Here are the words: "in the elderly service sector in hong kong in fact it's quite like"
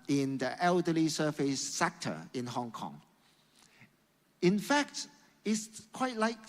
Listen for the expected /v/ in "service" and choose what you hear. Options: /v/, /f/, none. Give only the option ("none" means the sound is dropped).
/f/